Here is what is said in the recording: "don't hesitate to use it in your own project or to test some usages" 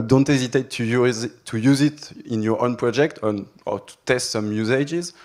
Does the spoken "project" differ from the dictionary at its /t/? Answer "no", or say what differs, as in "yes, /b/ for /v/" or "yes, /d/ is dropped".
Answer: no